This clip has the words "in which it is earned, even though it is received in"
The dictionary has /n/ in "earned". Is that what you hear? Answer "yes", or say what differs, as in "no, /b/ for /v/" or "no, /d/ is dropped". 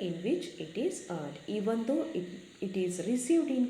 no, /n/ is dropped